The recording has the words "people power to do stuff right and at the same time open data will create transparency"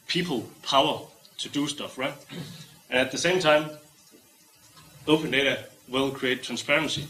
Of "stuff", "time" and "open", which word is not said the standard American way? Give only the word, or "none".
none